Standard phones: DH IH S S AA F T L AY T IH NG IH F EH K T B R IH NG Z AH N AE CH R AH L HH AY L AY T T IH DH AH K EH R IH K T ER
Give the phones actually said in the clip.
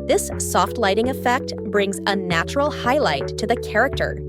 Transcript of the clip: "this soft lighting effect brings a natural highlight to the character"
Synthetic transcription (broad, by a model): DH IH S S AA F T L AY T IH NG IH F EH K T B R IH NG Z AH N AE CH R L HH AY L AY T T IH DH AH K EH R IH K T ER